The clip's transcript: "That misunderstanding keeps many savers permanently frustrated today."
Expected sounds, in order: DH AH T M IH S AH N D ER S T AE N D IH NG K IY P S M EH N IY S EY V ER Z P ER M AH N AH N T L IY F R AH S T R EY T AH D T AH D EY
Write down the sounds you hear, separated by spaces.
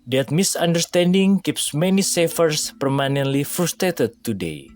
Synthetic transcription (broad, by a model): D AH T M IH S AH N D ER S T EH N D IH NG K IY P S M EH N IY S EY F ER S P ER M AH N AH N T L IY F R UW S T R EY T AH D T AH D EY